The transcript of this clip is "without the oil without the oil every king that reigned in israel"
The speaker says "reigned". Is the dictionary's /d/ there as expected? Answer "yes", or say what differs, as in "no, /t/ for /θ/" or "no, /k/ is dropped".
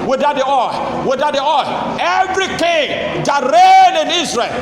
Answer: no, /d/ is dropped